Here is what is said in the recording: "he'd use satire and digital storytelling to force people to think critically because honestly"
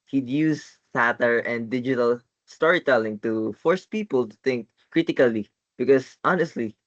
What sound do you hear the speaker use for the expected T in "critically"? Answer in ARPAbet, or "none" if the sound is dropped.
T